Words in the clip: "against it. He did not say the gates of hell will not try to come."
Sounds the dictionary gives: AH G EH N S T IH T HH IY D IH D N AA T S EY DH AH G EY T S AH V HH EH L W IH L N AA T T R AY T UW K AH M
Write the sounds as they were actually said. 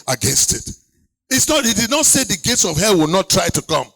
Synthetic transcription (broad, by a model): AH G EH N S T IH T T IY D IH D N AA T S EY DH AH G EY T S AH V HH EH L W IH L N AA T T R AY T UW K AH M